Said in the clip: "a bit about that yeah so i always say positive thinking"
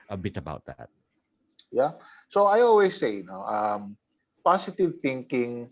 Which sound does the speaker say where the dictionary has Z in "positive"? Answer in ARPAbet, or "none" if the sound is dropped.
S